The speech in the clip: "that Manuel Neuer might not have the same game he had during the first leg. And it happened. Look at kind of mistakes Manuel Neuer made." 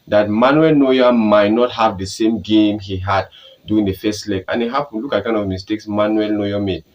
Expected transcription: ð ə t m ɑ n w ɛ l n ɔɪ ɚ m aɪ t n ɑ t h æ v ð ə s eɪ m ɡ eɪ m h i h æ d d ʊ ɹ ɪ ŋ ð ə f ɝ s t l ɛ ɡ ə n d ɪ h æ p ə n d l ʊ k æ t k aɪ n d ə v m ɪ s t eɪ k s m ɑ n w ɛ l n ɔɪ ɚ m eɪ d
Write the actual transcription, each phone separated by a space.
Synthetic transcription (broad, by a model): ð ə t m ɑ n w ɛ l n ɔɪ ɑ m aɪ t n ɑ t h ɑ v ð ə s eɪ m ɡ eɪ m h i h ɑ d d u ɪ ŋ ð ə f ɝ s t l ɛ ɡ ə n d ɪ h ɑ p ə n l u k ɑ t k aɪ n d ə v m ɪ s t eɪ k s m ɑ n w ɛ l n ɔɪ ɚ m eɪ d